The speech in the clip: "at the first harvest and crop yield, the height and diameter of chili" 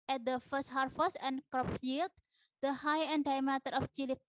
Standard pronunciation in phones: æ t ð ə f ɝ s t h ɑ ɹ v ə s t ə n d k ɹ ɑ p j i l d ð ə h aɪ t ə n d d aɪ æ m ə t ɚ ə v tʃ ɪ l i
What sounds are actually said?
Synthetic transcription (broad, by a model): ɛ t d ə f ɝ s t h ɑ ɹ f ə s ə n k ɹ ɑ p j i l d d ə h aɪ ə n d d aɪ m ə t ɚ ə f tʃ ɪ l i